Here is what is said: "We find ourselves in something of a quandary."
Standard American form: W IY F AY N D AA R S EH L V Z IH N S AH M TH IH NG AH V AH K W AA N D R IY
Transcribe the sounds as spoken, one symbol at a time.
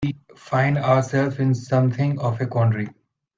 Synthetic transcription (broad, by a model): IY F AY N D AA R S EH L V IH N S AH M T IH NG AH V AH K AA N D R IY